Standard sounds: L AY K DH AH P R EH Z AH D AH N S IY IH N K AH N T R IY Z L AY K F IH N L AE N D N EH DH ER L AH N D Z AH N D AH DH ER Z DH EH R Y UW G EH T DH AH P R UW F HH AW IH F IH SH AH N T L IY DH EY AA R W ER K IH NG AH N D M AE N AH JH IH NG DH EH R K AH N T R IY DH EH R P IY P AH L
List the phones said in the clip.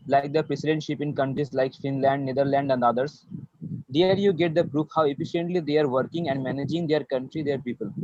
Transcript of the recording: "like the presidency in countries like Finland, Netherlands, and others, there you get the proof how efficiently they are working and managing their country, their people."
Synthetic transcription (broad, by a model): L AY K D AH P R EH S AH D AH N SH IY IH N K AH N T R IY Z L AY K F IH N L AE N D N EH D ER L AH N D AH N D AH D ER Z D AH R Y UW G EH T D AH P R UW F HH AW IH F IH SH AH N T L IY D EY AA R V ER K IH NG AH N D M AE N AH JH IH NG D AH R K AH N T R IY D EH R P IY P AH L